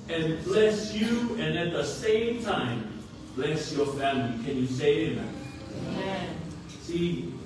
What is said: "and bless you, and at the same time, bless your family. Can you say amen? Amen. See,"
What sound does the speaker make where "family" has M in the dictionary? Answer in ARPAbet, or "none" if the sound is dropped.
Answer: M